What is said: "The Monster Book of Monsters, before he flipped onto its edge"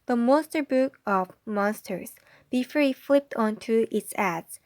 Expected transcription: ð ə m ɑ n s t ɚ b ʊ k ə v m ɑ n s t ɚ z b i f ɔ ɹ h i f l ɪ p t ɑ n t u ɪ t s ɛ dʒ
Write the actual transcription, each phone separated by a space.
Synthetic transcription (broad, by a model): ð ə m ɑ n s t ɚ b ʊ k ə v m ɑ n s t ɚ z b i f ɔ ɹ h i f l ɪ p t ɑ n t u ɪ t s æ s